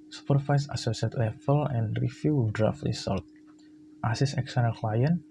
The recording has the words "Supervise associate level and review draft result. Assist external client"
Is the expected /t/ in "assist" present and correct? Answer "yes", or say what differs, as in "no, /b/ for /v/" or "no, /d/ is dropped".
no, /t/ is dropped